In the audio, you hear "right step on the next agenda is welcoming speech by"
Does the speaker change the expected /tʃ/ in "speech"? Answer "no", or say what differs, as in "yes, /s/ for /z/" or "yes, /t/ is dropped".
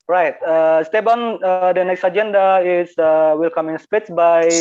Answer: yes, /s/ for /tʃ/